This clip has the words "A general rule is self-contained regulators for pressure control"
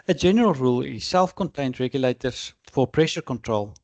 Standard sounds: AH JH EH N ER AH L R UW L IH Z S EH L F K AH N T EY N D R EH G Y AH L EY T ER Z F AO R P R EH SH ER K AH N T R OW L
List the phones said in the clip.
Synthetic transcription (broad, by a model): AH JH EH N ER AH L R UW L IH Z S EH L F K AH N T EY N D R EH G Y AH L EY T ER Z F AO R P R EH SH ER K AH N T R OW L